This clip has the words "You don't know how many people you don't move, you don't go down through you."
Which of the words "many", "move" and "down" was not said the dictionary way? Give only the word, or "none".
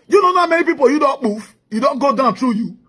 move